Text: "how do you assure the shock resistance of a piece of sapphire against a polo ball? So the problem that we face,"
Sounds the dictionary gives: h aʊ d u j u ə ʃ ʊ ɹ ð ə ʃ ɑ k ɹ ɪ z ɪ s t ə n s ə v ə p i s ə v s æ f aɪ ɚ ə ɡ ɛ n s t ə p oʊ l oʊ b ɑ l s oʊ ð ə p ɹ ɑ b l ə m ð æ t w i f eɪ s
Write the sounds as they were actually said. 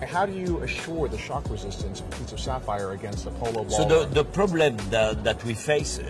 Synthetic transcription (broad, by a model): h aʊ d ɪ j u ə ʃ ʊ ɹ ð ə ʃ ɑ k ɹ ɪ z ɪ s t ə n s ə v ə p i s ə v s æ f aɪ ɚ ə ɡ ɛ n s t ə p oʊ l oʊ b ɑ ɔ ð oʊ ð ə p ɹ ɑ b l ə m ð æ t w i f eɪ s